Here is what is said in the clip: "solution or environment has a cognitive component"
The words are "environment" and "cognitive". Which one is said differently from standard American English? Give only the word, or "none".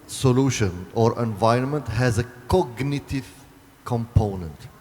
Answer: none